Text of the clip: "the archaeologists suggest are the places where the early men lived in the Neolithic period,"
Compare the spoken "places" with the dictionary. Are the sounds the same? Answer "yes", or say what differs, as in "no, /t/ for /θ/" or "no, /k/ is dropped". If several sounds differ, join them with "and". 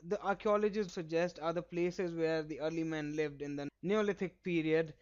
yes